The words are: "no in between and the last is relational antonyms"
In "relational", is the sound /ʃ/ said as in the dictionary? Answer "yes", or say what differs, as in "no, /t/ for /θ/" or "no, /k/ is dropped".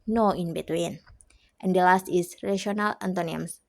no, /ʃ/ is dropped